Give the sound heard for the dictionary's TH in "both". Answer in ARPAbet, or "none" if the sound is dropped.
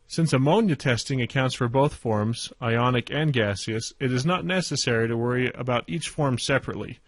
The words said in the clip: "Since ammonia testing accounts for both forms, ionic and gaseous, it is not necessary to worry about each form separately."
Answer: TH